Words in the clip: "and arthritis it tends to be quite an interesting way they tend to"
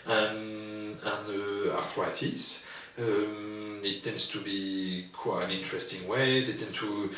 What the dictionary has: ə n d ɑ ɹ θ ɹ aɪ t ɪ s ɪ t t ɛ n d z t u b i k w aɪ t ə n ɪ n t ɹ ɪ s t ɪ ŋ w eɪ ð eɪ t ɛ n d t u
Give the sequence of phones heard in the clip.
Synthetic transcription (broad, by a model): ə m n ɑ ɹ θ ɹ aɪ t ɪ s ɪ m t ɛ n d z t u b i k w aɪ ə n ɪ n t ɹ ɪ s t ɪ ŋ w eɪ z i t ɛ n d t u